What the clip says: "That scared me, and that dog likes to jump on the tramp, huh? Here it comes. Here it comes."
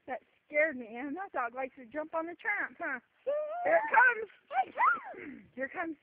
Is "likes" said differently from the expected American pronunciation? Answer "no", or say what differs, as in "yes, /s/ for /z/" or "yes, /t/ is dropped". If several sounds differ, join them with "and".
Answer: yes, /s/ is dropped